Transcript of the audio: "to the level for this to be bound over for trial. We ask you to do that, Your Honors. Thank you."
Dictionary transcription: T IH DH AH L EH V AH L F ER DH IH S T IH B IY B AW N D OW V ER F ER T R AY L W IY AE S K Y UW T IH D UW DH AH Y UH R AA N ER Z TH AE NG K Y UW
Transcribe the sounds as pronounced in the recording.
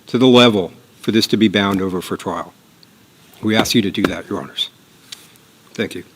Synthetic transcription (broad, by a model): T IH DH AH L EH V L F ER DH IH S T IH B IY B AW N D OW V ER F ER T R AY L W IY AE S K Y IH T IH D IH DH AH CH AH R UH N ER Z TH AE NG K Y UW